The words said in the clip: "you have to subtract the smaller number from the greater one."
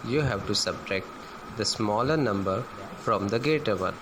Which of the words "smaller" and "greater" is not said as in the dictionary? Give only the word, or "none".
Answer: greater